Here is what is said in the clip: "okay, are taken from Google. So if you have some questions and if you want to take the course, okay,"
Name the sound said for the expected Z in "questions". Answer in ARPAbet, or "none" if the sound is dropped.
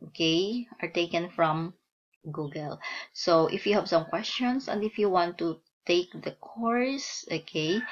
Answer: S